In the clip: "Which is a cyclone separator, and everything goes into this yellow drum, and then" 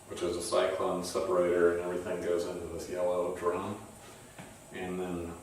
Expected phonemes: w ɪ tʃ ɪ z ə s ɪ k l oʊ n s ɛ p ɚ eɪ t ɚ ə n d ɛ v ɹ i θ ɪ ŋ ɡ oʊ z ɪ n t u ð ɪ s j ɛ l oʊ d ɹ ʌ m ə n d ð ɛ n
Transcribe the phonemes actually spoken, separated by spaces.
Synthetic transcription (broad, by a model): w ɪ tʃ ɪ z ə s ɪ k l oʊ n s ɛ p ɚ eɪ t ɚ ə n ɛ v ɹ i θ ɪ ŋ ɡ oʊ z ɪ n t u ð ɪ s j ɛ l oʊ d ɹ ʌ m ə n ð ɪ n